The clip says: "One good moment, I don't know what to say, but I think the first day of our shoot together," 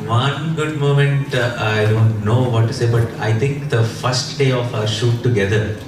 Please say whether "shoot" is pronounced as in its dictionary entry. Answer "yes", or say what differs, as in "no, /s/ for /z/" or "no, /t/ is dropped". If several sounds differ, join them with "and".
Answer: yes